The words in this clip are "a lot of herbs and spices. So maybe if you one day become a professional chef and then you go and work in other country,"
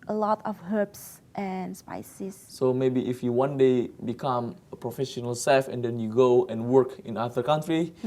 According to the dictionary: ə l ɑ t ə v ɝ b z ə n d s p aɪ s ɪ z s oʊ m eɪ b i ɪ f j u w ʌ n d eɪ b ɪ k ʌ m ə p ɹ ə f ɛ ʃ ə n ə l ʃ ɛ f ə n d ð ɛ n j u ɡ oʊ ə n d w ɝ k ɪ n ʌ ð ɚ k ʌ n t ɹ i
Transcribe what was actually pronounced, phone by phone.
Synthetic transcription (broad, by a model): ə l ɑ t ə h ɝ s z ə n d s p aɪ s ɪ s s oʊ m eɪ b i ɪ f j u w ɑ n d eɪ b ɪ k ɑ m ə p ɹ ə f ɛ ʃ ə n ə l s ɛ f ə n d ɛ n j u ɡ oʊ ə n w ɝ k ɪ n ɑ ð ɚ k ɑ n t ɹ i